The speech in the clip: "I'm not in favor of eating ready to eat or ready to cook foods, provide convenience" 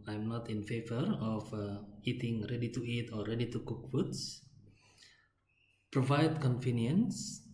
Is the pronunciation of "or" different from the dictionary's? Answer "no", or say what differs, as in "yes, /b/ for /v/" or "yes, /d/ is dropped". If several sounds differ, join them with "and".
yes, /l/ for /ɹ/